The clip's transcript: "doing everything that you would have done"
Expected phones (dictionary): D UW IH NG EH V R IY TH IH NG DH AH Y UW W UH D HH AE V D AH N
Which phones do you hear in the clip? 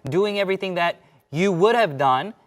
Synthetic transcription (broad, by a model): D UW IH NG EH V R IY TH IH NG DH AH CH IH W UH D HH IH V D AH N